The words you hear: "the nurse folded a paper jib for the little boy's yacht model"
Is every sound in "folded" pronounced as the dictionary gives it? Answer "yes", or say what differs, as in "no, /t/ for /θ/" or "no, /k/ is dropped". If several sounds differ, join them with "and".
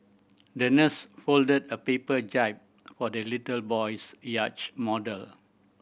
yes